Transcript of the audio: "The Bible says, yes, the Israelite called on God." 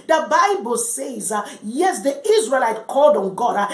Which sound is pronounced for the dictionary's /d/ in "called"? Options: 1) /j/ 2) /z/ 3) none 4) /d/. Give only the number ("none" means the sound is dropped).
4